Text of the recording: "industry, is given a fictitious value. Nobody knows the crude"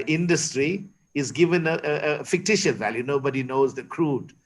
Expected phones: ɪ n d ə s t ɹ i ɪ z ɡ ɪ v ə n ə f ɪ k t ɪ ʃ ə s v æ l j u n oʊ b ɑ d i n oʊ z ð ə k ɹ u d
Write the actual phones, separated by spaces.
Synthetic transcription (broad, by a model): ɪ n d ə s t ɹ i ɪ z ɡ ɪ v ə n ə f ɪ k t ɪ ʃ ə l v æ l j u n oʊ b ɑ d i n oʊ z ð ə k ɹ u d